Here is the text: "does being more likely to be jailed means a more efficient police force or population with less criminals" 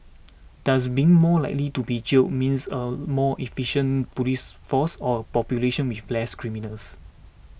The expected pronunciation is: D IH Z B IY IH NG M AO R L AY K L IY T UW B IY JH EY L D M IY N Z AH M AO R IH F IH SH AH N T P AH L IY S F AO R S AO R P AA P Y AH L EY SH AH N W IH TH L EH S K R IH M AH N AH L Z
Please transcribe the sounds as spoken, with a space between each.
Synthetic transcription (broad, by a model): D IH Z B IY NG M AO L AY K L IY T UW B IY CH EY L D M IY N S AH M AO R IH F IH SH AH N P AH L IY S F AO S AO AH P AA P Y AH L EY SH AH N W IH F L EH S K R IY M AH N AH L S